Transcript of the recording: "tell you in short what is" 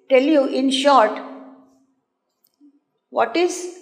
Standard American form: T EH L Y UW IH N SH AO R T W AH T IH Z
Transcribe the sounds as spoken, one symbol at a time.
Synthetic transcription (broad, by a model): T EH L Y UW IH N SH AO R T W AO T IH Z